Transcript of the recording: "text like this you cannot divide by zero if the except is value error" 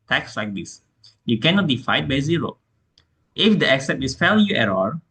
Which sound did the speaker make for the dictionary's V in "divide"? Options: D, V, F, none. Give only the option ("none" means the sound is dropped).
F